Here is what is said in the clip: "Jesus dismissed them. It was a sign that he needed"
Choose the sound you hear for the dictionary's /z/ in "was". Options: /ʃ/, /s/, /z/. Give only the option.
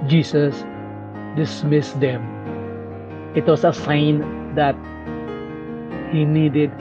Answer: /s/